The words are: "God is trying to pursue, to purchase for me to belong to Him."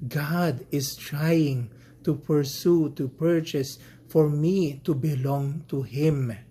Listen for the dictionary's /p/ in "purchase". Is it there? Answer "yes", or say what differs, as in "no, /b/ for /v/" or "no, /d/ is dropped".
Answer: yes